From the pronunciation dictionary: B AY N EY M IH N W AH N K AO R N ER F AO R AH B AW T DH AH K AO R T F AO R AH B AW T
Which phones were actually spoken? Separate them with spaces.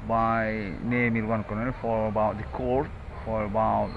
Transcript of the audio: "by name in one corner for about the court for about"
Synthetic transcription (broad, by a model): B AY N EY M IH L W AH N K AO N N F AO R AH B AW T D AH K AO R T F AO R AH B AW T